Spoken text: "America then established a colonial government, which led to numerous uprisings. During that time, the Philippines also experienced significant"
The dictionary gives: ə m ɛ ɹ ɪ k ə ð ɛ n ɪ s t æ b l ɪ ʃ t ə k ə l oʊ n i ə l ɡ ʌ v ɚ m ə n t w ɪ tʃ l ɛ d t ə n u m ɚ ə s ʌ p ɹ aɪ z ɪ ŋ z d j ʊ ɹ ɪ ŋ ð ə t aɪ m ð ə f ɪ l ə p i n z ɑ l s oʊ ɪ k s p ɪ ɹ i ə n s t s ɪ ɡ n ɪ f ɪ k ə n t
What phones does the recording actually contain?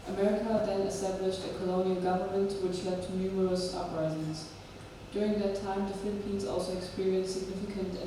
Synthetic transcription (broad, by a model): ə m ɛ ɹ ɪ k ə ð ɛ n ɪ s t æ b l ɪ ʃ t ə k ə l oʊ n i ə l ɡ ʌ v ɚ m ə n t w ɪ tʃ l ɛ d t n u m ɚ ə s ʌ p ɹ aɪ z ɪ ŋ z d j ʊ ɹ ɪ ŋ ð ə t aɪ m ð ə f ɪ l ə p i n z ɑ l s oʊ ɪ k s p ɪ ɹ i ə n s s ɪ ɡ n ɪ f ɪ k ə n t